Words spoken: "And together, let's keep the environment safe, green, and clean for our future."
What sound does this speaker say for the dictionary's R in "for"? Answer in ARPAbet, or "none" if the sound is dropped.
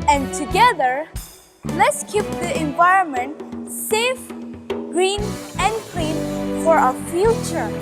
R